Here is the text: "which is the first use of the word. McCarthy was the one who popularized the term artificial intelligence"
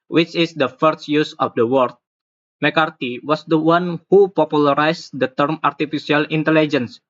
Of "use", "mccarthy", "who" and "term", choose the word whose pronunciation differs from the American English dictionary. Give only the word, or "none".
mccarthy